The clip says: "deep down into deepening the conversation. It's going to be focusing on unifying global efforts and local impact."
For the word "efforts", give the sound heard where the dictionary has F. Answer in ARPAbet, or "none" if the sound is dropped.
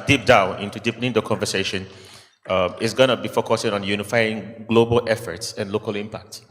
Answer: F